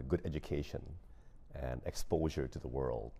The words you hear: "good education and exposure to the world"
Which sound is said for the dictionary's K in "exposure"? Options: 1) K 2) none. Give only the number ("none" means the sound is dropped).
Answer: 1